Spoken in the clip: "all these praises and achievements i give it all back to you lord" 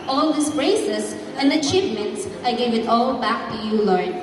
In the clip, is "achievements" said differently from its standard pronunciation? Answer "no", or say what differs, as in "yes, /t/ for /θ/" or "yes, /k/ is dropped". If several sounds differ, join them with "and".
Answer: no